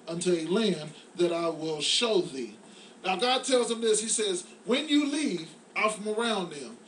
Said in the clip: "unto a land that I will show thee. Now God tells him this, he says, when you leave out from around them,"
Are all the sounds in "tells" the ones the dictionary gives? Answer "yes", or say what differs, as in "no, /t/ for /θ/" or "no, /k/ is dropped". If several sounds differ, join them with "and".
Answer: yes